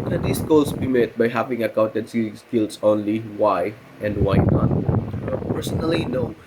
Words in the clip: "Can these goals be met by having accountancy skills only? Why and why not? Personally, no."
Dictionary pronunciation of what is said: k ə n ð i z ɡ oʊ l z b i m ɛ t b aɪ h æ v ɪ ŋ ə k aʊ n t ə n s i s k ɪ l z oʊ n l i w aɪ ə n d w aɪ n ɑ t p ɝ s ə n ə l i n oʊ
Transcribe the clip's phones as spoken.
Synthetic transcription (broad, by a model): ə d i s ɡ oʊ l s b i m ɛ t b aɪ h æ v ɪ ŋ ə k aʊ n t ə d s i s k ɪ l s oʊ n l i w aɪ ə n d w aɪ n ɑ t p ɝ s ə n ə l i n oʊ